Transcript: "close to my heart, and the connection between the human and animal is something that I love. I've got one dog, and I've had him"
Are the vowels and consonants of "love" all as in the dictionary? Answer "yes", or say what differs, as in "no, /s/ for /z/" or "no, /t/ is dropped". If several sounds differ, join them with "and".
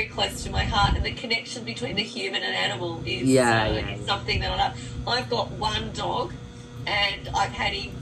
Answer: no, /v/ is dropped